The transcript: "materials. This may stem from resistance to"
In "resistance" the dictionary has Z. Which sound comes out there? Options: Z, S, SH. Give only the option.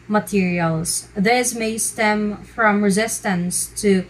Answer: Z